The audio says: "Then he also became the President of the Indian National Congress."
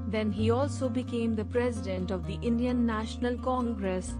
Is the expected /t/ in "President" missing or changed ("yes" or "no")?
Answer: no